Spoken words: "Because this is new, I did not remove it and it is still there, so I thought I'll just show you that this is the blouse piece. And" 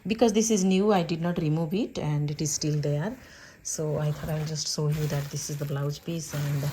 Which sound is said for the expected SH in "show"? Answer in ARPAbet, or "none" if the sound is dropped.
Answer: S